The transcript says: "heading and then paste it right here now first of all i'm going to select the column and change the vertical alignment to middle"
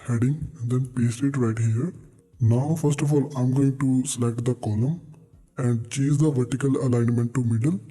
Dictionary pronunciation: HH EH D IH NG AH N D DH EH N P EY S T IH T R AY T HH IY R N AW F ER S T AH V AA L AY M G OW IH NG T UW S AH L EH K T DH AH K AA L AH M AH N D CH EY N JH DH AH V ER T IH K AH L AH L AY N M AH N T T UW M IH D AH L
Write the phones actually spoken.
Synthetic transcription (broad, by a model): HH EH D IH NG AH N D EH N P EY S T IH T R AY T HH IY R N AW F ER S T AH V AA L AY M G OW IH NG T UW S AH L EH K T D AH K AA L AH M AH N D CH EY JH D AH V ER T IH K AH L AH L AY N M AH N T T UW M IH D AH L